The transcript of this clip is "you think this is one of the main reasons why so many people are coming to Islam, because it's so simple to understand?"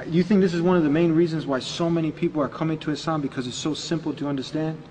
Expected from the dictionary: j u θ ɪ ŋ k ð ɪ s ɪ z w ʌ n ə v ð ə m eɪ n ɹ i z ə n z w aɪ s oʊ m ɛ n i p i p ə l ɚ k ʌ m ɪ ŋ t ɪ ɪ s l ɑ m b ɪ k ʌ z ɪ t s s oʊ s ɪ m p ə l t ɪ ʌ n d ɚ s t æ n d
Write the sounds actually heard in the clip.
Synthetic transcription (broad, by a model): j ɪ θ ɪ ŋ k ð ɪ s ɪ z w ʌ n ə v ð ə m eɪ n ɹ i z ə n z w aɪ s oʊ m ɛ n i p i p l ɚ k ʌ m ɪ ŋ t ɪ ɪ s ɑ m b ɪ k ʌ z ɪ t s s oʊ s ɪ m p l t ɪ ʌ n d ɚ s t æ n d